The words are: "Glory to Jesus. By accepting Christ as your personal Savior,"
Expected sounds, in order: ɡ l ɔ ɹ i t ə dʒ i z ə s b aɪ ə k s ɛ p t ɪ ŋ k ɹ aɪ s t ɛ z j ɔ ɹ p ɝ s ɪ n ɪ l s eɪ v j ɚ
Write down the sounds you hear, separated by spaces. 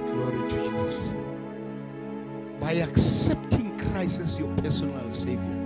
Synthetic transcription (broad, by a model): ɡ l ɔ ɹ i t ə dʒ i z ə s b aɪ ə k s ɛ p t ɪ ŋ k ɹ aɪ s ɛ s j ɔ p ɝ s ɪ n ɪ l s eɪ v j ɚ